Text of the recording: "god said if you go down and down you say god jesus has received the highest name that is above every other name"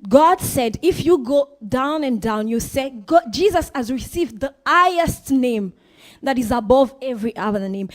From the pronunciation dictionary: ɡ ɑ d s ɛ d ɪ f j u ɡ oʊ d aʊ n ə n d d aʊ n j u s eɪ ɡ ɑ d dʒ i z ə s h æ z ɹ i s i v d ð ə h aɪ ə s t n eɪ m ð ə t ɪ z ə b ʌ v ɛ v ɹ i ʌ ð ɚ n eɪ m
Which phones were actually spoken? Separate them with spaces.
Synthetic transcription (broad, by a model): ɡ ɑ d s ɛ d ɪ f j u ɡ oʊ d aʊ n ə n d d aʊ n j u s eɪ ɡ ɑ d dʒ i z ə s h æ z ɹ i s i v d ð ə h aɪ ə s t n eɪ m ð ə t ɪ z ə b ʌ v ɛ v ɹ i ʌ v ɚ n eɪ m